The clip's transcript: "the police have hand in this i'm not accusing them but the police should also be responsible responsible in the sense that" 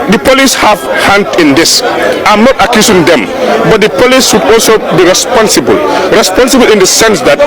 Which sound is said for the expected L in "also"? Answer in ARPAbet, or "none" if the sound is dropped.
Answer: L